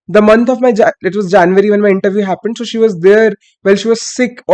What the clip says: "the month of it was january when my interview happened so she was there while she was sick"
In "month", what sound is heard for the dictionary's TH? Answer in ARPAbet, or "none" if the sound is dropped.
T